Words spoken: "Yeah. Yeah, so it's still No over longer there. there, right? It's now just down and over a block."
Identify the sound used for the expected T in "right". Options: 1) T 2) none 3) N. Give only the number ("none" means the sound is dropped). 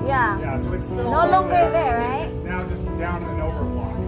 2